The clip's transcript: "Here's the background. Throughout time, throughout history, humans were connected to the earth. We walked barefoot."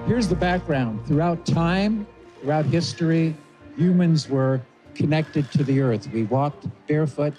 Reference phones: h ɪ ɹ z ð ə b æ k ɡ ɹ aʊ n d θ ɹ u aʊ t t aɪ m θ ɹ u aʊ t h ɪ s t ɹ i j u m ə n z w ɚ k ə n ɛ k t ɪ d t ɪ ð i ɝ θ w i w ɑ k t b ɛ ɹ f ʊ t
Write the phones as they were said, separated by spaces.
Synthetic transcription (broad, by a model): h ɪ ɹ z ð ə b æ k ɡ ɹ aʊ n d θ ɹ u aʊ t t aɪ m θ ɹ u aʊ t h ɪ s t ɹ i j u m ə n z w ɚ k ə n ɛ k t ɪ d t ɪ ð i ɝ θ w i w ɑ k t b ɛ ɹ f ʊ t